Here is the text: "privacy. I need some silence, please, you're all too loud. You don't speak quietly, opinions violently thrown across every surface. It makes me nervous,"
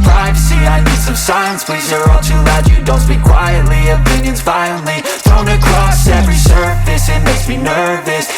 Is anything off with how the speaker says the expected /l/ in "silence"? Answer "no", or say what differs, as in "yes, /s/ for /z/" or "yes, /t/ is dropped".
yes, /l/ is dropped